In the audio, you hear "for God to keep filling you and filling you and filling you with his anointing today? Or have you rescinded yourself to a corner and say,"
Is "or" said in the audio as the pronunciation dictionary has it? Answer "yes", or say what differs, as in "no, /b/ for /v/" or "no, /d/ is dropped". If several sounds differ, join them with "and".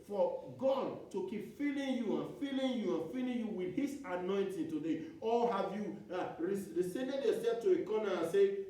no, /l/ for /ɹ/